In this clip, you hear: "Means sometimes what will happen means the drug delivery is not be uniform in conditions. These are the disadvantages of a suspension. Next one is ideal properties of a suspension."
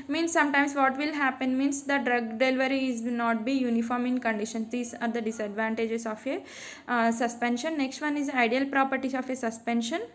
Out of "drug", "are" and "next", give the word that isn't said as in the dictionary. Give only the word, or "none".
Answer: none